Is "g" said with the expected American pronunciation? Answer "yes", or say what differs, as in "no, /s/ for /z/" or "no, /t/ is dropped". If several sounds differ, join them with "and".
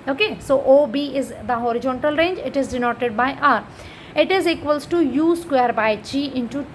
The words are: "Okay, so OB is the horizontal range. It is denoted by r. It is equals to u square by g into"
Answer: no, /tʃ/ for /dʒ/